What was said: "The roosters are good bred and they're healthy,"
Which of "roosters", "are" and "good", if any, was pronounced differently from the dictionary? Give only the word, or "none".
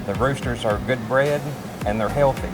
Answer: none